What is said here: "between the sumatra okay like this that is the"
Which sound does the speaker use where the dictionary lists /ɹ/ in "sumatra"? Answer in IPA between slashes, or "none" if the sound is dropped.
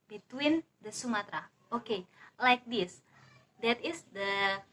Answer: /ɹ/